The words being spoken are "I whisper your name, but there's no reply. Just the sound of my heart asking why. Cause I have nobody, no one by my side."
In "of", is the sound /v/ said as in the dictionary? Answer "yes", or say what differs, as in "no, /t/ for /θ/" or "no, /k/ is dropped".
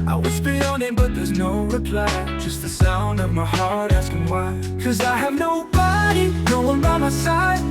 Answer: yes